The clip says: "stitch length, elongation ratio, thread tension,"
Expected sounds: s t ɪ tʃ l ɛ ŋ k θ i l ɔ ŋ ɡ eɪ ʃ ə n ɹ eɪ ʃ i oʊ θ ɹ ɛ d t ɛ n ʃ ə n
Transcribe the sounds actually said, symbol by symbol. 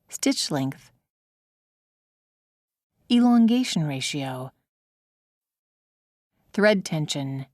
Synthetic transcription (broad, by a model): s t ɪ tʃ l ɛ ŋ k θ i l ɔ ŋ ɡ eɪ ʃ n ɹ eɪ ʃ i oʊ θ ɹ ɛ d t ɛ n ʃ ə n